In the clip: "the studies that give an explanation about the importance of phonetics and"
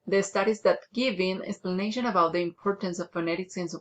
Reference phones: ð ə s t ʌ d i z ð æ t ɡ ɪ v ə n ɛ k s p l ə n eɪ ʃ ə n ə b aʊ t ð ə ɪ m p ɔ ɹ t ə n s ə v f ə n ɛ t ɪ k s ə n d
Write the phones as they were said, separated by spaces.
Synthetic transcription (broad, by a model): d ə s t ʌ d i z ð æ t ɡ ɪ v ə n ɛ k s p l ə n eɪ ʃ ə n ə b aʊ t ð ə ɪ m p ɔ ɹ t ə n s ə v f ə n ɛ t ɪ k s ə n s